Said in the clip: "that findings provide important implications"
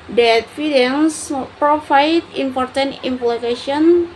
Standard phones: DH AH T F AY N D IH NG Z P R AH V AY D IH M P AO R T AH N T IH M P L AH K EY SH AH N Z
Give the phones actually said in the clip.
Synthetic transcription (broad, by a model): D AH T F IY D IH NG S P R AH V AY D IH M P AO R T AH N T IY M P L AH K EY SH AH N